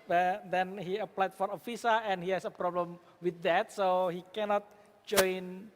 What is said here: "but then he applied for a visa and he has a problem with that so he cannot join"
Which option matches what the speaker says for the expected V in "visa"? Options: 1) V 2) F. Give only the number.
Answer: 2